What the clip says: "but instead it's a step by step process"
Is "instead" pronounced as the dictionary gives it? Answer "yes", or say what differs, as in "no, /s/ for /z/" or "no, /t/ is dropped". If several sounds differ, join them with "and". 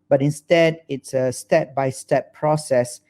yes